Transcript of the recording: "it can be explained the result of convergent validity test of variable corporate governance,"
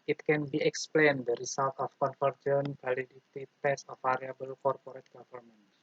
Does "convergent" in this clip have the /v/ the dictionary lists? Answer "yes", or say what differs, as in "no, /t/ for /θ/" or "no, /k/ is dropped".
no, /f/ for /v/